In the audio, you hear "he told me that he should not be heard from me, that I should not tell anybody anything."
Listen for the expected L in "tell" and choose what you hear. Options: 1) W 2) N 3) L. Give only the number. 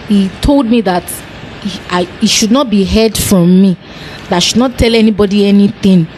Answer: 3